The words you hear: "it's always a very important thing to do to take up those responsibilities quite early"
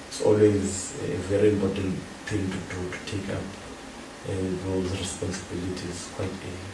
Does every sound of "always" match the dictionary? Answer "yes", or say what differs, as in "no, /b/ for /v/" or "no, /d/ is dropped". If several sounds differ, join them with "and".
yes